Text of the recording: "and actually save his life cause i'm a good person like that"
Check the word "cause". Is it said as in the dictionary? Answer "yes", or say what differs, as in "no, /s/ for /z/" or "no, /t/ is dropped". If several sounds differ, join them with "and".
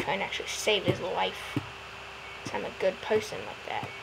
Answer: no, /z/ is dropped